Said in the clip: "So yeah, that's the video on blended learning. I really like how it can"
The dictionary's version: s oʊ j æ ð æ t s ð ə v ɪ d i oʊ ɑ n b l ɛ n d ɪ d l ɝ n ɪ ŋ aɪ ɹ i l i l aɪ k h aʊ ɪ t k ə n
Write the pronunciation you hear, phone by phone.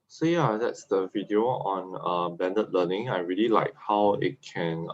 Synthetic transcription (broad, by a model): s oʊ j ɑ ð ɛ t s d ə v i d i oʊ ɑ n b ɛ n d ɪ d l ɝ n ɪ ŋ aɪ ɹ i l i l aɪ k h aʊ ɪ t k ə n